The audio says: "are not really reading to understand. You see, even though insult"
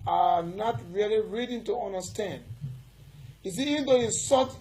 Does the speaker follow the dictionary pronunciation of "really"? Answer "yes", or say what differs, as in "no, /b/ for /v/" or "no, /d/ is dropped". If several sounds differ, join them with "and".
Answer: yes